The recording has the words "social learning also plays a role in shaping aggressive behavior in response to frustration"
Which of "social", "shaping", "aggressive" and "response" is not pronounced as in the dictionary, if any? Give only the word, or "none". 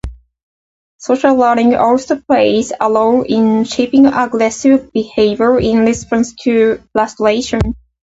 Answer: response